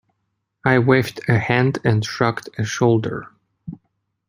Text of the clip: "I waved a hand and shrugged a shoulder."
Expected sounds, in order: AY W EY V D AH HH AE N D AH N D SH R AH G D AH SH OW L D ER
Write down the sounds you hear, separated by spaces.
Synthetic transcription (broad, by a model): AY W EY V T AH HH AE N D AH N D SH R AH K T AH SH OW L D ER